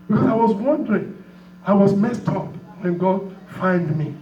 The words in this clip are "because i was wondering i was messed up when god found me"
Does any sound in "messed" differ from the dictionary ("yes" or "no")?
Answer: no